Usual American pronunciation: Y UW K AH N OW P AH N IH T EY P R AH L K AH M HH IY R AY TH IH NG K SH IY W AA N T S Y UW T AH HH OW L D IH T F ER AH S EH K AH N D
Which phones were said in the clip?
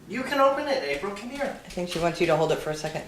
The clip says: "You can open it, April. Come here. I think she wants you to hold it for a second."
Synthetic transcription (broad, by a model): Y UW K AH N OW P AH N IH T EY B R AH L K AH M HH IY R AY TH IH NG K SH IY W AA N T S Y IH T AH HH OW L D IH T F ER AH S EH K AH N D